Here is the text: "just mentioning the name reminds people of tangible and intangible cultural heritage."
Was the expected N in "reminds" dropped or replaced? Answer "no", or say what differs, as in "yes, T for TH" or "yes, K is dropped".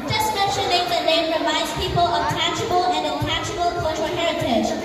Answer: yes, N is dropped